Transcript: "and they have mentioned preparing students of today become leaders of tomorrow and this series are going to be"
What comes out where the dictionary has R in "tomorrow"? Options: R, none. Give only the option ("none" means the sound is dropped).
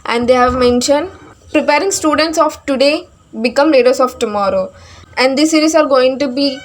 R